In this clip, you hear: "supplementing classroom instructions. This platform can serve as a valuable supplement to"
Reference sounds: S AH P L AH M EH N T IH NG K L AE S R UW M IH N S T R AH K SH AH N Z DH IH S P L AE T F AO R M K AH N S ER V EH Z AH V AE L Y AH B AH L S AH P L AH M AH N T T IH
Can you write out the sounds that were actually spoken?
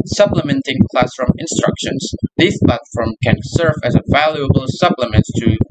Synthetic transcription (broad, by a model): S AH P L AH M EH N T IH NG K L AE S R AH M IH N S T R AH K SH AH N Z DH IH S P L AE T F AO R M K AH N S ER V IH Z AH V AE L Y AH B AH L S AH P L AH M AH N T T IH